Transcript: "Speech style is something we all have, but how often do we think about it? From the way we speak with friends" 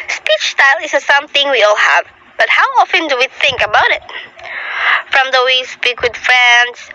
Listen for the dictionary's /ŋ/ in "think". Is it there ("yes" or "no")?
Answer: yes